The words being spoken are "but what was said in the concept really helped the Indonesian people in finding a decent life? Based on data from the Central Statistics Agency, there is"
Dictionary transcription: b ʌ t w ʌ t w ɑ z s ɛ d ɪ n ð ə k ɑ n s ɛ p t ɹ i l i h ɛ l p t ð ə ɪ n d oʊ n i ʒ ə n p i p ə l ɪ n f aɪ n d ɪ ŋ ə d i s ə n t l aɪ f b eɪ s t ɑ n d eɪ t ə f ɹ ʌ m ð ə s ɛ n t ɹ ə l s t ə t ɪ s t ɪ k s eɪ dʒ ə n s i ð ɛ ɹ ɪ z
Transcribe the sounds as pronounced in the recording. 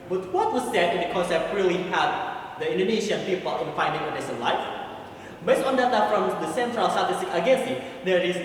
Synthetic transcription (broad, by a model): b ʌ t w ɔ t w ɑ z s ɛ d ɪ n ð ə k ɑ n s ɛ p t ɹ i l i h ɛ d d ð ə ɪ n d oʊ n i ʃ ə n p i p ə l ɪ n f aɪ n d ɪ ŋ ə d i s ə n l aɪ f b eɪ s t ɑ n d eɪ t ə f ɹ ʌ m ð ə s ɛ n t ɹ ə l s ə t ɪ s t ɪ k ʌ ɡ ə n s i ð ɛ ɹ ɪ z